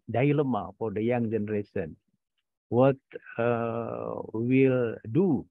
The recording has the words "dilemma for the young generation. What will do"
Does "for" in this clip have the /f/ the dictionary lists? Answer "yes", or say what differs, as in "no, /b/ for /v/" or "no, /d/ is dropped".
yes